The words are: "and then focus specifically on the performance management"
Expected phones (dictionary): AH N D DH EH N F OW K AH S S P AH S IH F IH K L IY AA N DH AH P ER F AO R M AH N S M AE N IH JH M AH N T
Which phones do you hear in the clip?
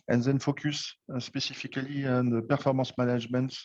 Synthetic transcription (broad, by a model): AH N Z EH N F OW K AH S S P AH S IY F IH K L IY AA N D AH P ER F AO R M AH S M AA N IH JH M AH N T